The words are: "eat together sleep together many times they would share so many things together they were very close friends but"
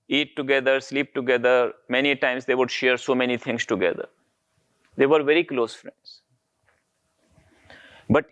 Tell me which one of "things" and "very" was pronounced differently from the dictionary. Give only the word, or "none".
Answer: things